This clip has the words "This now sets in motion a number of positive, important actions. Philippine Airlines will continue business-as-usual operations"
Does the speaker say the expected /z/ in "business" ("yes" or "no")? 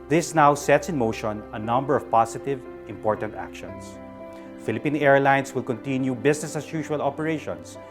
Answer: no